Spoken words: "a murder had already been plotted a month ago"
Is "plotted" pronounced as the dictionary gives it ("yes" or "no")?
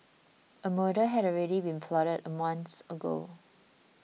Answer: no